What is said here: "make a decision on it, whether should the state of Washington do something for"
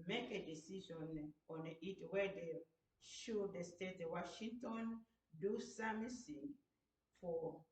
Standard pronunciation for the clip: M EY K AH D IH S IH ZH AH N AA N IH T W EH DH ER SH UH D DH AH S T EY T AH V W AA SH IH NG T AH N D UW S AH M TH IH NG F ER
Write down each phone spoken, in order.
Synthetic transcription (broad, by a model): M EY K AH D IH S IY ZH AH N AA N IH T W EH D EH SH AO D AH S T EY T W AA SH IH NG T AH N D UW S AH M S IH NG F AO